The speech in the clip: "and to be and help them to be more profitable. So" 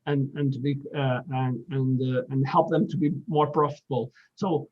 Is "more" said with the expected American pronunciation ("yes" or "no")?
yes